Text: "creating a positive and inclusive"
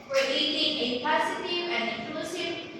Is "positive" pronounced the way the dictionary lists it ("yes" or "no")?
no